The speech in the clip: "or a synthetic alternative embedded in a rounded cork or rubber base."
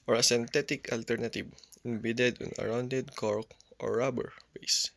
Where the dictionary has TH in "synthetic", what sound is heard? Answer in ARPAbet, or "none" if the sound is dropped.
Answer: T